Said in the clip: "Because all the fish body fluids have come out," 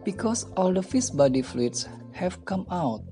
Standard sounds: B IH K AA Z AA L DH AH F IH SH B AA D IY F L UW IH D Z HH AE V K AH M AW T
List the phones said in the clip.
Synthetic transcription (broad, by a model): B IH K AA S AA L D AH F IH S B AA D IY F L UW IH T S HH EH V K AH M AW T